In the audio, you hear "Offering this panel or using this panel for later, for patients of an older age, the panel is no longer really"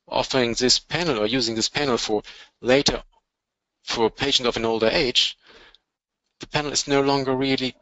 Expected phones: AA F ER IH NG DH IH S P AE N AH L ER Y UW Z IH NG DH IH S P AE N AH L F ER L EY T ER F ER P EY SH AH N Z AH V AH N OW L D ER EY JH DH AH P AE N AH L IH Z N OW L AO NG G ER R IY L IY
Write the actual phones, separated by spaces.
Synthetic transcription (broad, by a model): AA F ER IH NG DH IH S P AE N L ER Y UW Z IH NG DH IH S P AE N L F ER L EY T ER F ER P EY SH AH N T AH V AH N OW L D ER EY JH DH AH P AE N L IH Z N OW L AO NG G ER R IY L IY